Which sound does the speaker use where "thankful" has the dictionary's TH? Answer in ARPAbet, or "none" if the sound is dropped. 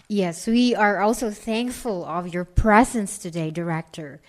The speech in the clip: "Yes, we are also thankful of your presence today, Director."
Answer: TH